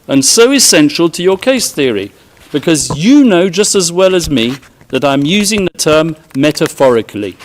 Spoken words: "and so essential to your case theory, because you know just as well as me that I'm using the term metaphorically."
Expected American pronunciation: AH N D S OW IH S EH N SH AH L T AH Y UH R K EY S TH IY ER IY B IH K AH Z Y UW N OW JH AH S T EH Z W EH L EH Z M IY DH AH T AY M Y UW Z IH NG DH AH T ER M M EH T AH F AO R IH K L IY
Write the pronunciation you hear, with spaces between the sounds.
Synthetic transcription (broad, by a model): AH N S OW IH S EH N SH AH L T AH Y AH R K EY S TH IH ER IY B IH K AH Z Y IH N OW JH AH S T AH Z W EH L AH Z M IY DH AH T AY M Y UW Z IH NG DH AH T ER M M EH T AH F AO R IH K L IY